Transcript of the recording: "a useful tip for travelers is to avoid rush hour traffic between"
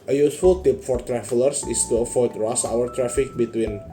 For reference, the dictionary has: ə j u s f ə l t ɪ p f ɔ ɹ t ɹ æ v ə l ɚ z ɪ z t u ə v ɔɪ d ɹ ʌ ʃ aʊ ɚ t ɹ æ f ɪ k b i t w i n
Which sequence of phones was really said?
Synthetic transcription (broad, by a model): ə j u s f ə l t ɪ p f ɔ ɹ t ɹ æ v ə l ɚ s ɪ s t u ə f ɔɪ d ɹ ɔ s aʊ ɚ t ɹ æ f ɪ k b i t w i n